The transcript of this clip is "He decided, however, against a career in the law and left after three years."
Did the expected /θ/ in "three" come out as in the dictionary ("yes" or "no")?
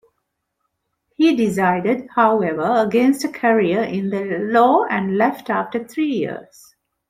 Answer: no